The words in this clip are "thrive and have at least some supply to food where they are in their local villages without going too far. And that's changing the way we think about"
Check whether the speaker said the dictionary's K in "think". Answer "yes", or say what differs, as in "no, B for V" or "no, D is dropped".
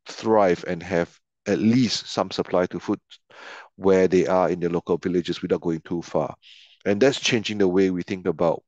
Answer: yes